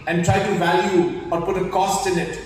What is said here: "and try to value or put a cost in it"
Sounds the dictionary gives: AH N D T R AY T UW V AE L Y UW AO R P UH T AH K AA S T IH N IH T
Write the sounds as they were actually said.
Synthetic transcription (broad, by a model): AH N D T R AY T UW V AE L Y UW AO R P UH T AH K AA S T IH N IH T